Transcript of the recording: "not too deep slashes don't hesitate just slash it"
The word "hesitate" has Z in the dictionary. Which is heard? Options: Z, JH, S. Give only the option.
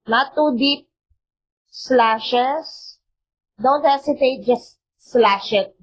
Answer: S